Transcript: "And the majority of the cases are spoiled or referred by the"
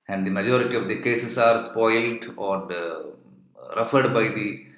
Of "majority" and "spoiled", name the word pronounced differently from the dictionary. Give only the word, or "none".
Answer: none